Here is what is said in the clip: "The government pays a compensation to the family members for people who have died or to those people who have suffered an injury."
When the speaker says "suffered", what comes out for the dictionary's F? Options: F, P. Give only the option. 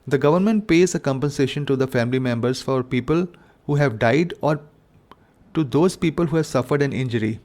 F